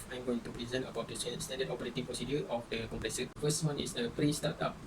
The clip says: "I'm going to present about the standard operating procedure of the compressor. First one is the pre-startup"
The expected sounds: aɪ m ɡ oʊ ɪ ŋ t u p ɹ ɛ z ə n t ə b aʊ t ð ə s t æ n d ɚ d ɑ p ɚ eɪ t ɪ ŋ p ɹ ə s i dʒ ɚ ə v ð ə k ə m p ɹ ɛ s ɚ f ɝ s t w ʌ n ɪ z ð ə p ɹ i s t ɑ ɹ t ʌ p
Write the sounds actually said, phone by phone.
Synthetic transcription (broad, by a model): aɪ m ɡ oʊ ɪ ŋ t u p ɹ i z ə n ə b aʊ t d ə s t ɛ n d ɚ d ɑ p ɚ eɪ t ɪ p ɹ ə s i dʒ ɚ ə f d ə k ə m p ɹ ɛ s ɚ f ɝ s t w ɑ n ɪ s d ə p ɹ i s t ɑ t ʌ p